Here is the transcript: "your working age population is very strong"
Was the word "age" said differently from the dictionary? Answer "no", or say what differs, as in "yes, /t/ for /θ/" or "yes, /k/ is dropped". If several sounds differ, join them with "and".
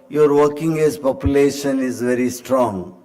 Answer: yes, /z/ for /dʒ/